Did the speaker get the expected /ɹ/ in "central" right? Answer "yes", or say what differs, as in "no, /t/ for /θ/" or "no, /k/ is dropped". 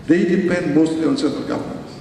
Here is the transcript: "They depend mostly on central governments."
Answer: no, /ɹ/ is dropped